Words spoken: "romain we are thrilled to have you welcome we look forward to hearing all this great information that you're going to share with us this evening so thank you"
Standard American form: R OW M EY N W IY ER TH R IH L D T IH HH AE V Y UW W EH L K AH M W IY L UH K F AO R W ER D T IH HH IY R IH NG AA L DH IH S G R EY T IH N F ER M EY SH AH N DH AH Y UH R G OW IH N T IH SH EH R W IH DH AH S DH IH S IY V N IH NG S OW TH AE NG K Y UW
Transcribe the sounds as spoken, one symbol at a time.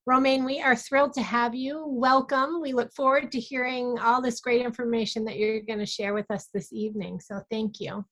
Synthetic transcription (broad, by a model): R OW M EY N W IY ER TH R IH L D T IH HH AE V Y UW W EH L K AH M W IY L UH K F AO R W ER D T IH HH IY R IH NG AA L DH IH S G R EY T IH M F ER M EY SH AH N DH AH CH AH R G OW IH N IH SH EH R W IH DH AH S DH IH S IY V N IH NG S OW TH AE NG K Y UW